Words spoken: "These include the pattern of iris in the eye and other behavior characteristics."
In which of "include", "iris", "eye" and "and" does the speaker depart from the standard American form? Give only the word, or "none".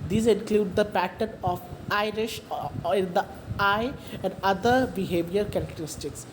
iris